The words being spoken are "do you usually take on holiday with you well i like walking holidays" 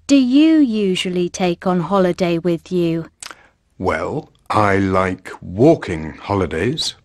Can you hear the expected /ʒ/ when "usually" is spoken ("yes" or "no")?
yes